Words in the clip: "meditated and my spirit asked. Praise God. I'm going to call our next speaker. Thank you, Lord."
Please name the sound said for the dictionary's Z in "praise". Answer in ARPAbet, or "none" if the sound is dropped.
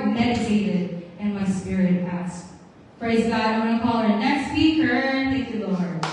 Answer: Z